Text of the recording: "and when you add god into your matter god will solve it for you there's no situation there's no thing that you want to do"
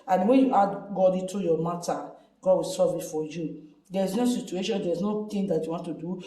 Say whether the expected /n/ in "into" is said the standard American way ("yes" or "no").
no